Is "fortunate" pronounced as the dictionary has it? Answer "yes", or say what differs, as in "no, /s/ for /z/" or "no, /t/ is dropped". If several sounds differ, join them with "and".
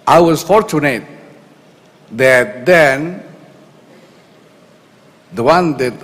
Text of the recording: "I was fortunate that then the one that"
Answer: yes